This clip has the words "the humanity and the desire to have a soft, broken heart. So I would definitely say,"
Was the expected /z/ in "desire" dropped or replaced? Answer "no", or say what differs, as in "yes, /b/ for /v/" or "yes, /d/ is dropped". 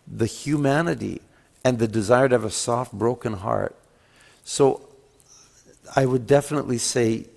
no